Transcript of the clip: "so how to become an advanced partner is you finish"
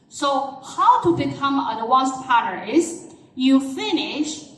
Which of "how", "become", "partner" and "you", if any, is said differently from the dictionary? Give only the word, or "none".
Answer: partner